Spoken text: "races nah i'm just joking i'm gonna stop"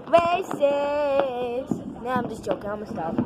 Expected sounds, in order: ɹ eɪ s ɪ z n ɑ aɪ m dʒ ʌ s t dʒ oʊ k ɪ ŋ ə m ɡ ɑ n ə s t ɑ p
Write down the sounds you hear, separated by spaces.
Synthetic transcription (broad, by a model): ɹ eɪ s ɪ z n ɑ aɪ m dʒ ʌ s dʒ oʊ k ɪ ŋ ə m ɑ ə s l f